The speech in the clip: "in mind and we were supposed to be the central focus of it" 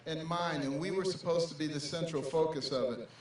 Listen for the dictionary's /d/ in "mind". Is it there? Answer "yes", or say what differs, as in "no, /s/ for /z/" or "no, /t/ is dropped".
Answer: no, /d/ is dropped